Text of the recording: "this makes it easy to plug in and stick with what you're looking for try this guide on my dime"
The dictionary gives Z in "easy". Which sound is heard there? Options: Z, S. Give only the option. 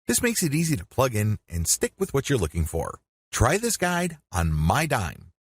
Z